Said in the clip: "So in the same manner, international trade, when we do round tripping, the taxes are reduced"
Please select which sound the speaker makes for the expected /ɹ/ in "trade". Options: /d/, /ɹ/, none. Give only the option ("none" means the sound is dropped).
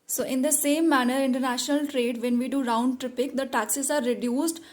/ɹ/